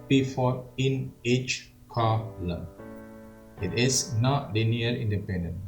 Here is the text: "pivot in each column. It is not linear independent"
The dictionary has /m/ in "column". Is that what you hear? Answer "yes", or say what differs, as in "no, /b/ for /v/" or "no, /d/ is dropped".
no, /m/ is dropped